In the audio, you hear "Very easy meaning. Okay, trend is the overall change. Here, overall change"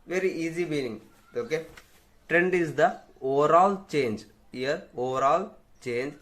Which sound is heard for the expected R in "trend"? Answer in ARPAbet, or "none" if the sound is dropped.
R